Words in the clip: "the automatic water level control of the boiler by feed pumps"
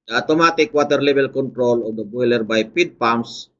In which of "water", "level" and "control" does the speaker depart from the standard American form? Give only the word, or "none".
level